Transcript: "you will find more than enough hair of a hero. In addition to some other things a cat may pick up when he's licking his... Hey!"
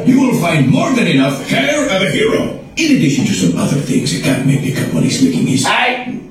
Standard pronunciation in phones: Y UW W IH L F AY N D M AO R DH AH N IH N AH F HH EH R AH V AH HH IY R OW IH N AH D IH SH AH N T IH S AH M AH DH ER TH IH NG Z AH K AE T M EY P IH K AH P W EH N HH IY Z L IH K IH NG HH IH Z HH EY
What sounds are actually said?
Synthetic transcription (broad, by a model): Y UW W IH L F AY N D M AO R DH AH N IH N AH F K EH R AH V AH HH IY R OW IH N AH D IH SH AH N T IH S AH M AH DH ER TH IH NG Z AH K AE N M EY B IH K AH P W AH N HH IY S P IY K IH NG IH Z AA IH